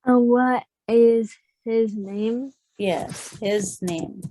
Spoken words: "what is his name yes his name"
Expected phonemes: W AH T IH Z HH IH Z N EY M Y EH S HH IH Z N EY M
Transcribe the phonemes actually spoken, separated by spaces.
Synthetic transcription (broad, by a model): W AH T IH Z HH IH Z N EY M Y EH S HH IH Z N EY M